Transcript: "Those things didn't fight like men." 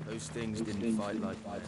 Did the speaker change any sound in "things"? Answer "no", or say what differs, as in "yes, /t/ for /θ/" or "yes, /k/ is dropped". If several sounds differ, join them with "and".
no